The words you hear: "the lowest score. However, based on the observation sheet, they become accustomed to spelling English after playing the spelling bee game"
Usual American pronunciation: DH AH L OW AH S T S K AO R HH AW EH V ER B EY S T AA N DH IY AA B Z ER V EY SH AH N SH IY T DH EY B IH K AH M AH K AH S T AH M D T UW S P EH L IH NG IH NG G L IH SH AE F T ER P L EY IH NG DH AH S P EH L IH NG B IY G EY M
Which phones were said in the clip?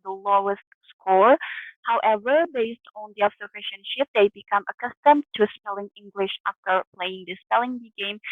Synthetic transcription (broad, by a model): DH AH L OW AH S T S K AO R HH AW EH V ER B EY S T AA N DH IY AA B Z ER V EY SH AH N SH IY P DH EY B IH K AH M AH K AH S T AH M T UW S P EH L IH NG IH NG G L IH SH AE F T ER P L EY IH NG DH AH S P EH L IH NG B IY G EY M